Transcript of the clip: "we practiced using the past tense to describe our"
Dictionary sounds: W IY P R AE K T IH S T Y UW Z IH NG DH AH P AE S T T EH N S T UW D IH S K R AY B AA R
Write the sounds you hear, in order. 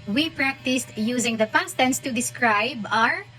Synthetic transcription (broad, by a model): W IY P R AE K T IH S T Y UW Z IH NG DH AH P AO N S T EH N S T UW D IH S K R AY B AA R